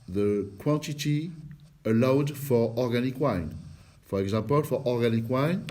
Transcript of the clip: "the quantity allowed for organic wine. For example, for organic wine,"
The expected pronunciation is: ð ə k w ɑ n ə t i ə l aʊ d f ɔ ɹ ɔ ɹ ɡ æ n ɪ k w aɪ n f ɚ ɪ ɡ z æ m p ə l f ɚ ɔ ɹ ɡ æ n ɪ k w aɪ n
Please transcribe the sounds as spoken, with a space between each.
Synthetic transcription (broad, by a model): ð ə k w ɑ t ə t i ə l aʊ d f ɔ ɹ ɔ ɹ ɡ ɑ n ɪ k w aɪ n f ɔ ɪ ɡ z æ p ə l f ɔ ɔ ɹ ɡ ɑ n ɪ k w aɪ n